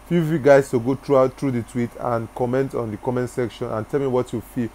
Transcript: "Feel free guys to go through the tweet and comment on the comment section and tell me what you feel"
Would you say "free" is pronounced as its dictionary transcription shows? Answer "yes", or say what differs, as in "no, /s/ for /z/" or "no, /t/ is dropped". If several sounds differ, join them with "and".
no, /ɹ/ is dropped